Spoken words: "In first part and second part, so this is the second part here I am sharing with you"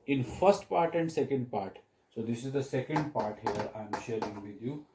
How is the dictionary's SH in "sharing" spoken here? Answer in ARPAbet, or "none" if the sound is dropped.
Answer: SH